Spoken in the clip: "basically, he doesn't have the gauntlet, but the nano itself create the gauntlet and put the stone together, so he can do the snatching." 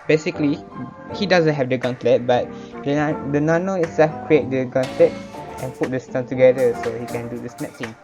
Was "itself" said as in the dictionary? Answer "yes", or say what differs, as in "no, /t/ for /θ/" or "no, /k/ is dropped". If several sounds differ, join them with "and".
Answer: no, /l/ is dropped